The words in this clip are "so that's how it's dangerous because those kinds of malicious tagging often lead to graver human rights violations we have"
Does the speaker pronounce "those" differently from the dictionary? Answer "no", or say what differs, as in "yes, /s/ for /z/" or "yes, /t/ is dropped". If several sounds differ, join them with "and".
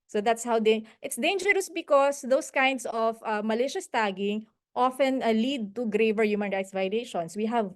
yes, /s/ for /z/